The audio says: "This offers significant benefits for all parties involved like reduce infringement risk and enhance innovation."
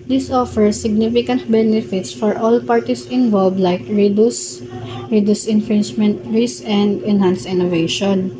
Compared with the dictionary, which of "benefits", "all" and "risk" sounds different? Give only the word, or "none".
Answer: risk